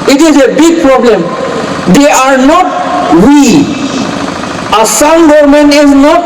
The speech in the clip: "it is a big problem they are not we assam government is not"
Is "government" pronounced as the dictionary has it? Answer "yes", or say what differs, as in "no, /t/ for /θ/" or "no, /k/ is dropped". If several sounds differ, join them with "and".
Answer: no, /t/ is dropped